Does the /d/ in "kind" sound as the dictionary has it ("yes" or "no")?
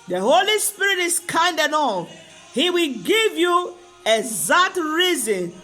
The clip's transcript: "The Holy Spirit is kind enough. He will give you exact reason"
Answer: yes